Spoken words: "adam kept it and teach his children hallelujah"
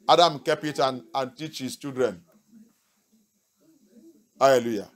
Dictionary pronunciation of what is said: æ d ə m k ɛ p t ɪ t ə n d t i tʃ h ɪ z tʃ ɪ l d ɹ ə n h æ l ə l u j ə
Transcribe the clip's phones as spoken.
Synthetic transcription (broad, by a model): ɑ d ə m k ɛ p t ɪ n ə n t i tʃ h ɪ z tʃ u d ɹ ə n h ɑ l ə l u j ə